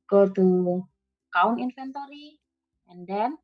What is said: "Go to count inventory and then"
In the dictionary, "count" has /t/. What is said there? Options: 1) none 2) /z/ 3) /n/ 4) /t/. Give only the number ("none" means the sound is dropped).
1